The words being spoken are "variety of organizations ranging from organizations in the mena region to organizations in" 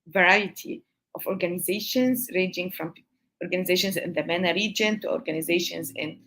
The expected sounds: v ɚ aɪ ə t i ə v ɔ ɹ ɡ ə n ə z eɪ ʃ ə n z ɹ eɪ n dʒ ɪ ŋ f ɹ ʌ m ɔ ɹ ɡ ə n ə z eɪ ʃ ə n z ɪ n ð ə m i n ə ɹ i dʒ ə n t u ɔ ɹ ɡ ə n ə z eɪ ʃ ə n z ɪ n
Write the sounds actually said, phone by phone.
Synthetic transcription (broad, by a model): v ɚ aɪ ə t i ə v ɔ ɹ ɡ ə n ə z eɪ ʃ ə n z ɹ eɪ dʒ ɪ ŋ f ɹ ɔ m ɔ ɹ ɡ ə n ə z eɪ ʃ ə n z ɪ n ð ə m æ n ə ɹ i dʒ ə n t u ɔ ɹ ɡ ə n ə z eɪ ʃ ə n z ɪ n